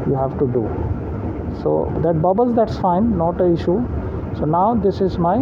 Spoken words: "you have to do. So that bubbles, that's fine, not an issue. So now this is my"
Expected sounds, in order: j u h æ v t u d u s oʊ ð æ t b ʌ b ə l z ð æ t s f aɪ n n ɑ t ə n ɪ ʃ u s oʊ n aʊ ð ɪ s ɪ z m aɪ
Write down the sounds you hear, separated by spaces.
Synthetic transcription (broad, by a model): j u h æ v t u d u s oʊ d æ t b ʌ b ə l z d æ t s f aɪ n n ɑ t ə ɪ ʃ u s oʊ n aʊ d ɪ s ɪ z m aɪ